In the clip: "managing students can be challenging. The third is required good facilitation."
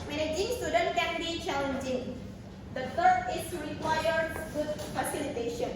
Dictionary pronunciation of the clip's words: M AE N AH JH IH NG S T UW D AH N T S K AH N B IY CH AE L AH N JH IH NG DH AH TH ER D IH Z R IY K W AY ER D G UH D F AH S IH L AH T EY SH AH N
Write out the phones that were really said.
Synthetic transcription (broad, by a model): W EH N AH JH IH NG S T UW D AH N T K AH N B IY CH AE L AH N JH IH NG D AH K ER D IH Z R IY K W AY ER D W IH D F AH S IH L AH T EY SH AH N